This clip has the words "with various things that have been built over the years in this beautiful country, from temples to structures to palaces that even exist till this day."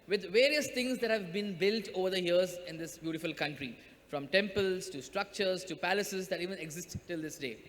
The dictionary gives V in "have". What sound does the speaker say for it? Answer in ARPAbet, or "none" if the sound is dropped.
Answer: V